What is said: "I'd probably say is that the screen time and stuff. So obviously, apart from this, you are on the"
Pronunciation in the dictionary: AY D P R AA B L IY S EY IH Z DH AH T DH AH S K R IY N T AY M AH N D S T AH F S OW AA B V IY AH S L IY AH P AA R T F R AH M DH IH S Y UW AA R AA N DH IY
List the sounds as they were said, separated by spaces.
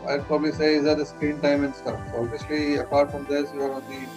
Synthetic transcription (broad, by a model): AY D P R AA B L IY S EY IH Z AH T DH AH S K R IY N T AY M AH N D S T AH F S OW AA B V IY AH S L IY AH P AA R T F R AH M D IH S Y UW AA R AA N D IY